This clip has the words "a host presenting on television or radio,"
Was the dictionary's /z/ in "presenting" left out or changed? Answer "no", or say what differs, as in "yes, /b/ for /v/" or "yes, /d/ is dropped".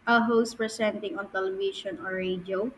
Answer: yes, /s/ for /z/